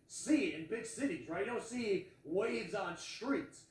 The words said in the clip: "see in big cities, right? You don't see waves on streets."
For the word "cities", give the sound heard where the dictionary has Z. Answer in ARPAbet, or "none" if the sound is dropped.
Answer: Z